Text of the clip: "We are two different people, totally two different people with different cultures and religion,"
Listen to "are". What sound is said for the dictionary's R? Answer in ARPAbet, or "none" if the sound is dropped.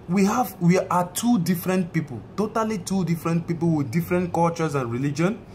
W